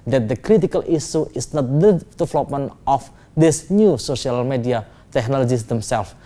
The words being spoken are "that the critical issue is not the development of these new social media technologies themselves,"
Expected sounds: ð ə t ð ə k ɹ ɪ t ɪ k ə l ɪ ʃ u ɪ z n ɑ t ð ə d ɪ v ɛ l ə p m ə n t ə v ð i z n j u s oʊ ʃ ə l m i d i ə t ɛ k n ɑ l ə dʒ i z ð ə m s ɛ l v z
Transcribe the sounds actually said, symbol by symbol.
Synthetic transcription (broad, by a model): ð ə t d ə k ɹ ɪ t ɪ k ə l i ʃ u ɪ s n ɑ t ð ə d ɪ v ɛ l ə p m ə n t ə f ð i s n j u s oʊ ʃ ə l m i d i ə t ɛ k n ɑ l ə dʒ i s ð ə m s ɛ l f